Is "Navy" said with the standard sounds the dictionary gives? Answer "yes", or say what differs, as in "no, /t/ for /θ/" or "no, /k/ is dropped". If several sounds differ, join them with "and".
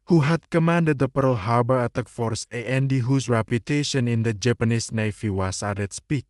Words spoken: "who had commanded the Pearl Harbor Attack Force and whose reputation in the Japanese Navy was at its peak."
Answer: no, /f/ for /v/